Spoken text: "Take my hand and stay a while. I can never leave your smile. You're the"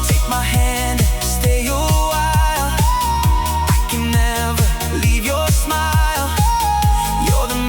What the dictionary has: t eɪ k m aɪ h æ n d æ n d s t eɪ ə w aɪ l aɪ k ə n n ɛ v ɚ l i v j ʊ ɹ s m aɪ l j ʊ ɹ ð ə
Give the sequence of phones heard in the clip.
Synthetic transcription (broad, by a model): t eɪ k m aɪ h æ æ n d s t eɪ ə w aɪ l aɪ k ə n n ɛ v ɚ l i v j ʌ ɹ s m aɪ l j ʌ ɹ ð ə